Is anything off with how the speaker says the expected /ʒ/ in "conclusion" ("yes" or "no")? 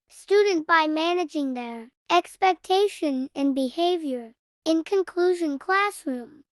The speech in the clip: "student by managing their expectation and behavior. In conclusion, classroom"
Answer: no